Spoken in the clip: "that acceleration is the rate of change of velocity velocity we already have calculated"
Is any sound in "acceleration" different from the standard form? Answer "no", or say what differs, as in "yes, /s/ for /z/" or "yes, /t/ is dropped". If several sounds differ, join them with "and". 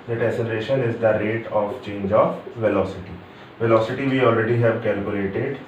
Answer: yes, /k/ is dropped